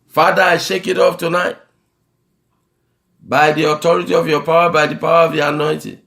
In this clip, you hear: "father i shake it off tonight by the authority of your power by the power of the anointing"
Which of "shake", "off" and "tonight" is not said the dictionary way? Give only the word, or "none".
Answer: off